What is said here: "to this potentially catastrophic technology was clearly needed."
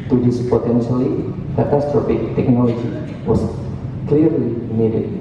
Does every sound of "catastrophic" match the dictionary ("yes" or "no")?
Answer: no